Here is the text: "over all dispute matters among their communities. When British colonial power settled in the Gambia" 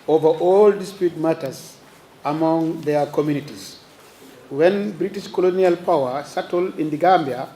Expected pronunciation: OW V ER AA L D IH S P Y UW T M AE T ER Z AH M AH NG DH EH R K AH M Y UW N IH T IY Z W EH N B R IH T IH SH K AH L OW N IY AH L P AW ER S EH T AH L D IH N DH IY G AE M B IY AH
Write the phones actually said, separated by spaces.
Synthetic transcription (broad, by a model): OW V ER AA L D IH S P Y UW T M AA T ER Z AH M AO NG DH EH K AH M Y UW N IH T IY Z W EH N B R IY T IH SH K AH L OW N IY AH L P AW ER S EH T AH L IH N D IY G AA M B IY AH